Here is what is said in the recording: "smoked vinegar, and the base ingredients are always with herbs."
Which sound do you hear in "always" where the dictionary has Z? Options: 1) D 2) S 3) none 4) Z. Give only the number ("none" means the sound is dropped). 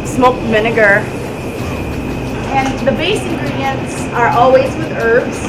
4